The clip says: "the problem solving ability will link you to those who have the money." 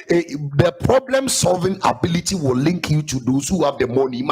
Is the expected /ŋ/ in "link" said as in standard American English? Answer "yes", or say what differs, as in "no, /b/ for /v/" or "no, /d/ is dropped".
yes